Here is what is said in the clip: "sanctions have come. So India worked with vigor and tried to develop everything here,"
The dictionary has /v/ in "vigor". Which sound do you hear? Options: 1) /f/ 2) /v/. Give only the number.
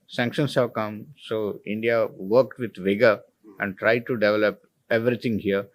2